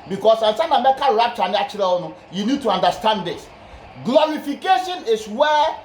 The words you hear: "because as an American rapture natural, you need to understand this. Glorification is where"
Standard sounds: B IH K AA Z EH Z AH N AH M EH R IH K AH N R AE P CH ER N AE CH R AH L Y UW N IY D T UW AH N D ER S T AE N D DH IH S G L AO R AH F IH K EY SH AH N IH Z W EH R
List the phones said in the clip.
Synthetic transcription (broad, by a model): B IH K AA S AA S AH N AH M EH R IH K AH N R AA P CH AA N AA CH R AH N Y UW N IY D T UW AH N D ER S T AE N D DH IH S G L AO R AH F IH K EY SH AH N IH S W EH